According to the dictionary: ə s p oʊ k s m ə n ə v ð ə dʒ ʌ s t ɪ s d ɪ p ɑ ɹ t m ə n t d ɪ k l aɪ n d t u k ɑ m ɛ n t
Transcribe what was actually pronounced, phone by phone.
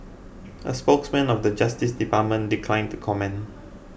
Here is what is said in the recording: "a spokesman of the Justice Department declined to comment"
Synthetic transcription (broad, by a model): ə s p oʊ k s m ə n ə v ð ə dʒ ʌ s t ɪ s d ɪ p ɑ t m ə n d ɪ k l aɪ n t u k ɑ m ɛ n